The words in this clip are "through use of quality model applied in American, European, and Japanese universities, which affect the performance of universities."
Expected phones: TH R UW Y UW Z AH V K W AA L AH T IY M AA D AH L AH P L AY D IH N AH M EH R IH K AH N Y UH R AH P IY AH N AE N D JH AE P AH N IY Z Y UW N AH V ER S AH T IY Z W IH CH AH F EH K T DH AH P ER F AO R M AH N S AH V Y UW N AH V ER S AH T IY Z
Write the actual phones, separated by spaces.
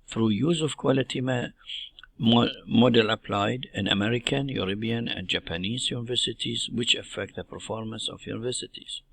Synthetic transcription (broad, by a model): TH R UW Y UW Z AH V K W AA L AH T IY M AA D AH L AH P L AY D IH N AH M EH R IH K AH N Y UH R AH B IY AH N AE N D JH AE P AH N IY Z Y UW N AH V ER S AH T IY Z W IH CH AH F EH K T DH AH P ER F AO R M AH N S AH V Y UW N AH V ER S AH T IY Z